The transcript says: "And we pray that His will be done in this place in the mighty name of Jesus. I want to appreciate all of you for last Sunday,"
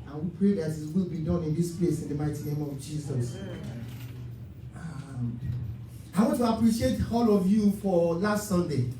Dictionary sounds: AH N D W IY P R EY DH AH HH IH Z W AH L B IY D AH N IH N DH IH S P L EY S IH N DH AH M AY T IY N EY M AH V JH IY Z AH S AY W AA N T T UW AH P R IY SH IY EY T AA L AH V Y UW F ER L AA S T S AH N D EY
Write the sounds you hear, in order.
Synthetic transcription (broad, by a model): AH N W IY P R EY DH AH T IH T W AH L B IY D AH N IH N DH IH S P L EY S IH N DH AH M AY T IY N EY M AH V JH IY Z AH S AY W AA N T T UW AH P R IY SH IY EY T AA L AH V Y UW F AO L AA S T S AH N D EY